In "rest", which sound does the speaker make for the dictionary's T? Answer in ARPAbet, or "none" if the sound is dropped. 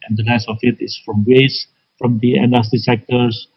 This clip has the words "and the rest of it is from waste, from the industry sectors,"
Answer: none